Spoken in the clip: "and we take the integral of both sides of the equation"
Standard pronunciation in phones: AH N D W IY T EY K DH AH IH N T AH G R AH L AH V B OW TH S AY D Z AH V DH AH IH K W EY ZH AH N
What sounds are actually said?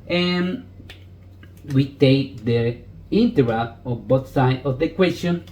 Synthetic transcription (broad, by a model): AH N W IY T EY K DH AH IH N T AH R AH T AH B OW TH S AY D AH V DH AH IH K W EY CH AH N